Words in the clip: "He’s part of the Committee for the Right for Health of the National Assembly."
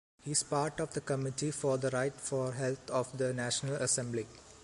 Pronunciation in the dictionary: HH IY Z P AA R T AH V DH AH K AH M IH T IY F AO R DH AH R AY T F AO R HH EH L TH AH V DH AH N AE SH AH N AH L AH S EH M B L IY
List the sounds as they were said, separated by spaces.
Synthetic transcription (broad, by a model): HH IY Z P AA R T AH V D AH K AH M IH T IY F AO R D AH R AY T F AO R HH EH L T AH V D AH N AE SH AH N AH L AH S EH M B L IY